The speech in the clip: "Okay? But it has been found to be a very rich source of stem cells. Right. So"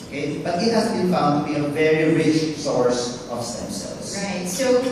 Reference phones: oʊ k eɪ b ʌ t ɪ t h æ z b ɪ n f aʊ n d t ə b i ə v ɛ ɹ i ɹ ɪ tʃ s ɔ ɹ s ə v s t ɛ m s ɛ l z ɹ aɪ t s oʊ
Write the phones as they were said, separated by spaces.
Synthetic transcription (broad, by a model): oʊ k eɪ b ʌ t ɪ t h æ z b ɪ n f aʊ n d t ə b i ə v ɛ ɹ i ɹ ɪ tʃ s ɔ ɹ s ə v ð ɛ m s ɛ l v ɹ aɪ t s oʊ